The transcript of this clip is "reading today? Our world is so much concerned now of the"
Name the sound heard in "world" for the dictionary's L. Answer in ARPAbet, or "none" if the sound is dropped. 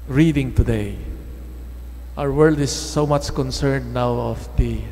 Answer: L